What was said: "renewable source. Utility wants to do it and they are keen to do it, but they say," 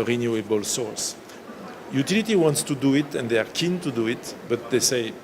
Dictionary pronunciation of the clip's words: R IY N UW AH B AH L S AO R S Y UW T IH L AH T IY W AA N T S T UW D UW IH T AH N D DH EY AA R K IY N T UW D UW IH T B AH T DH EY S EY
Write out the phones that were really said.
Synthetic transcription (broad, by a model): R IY N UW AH B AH L S AO R S Y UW T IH L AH T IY W AA N T S T UW D UW IH T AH N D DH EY AA R K IY N T UW D UW IH T B AH T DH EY S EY